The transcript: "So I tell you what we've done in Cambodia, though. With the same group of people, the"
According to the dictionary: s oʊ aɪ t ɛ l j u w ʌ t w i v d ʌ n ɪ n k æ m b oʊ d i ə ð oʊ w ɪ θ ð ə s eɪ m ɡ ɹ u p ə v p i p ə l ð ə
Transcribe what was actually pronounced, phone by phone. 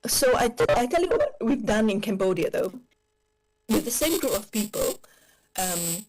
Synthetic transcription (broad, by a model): s oʊ aɪ t ɛ l j u w ʌ t w i v d ʌ n ɪ n k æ m b oʊ d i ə ð oʊ w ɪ ð ə s eɪ m ɡ ɹ u p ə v p i p ə l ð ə